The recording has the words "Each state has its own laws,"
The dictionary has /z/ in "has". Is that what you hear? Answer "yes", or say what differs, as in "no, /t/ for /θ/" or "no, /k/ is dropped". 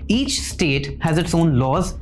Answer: yes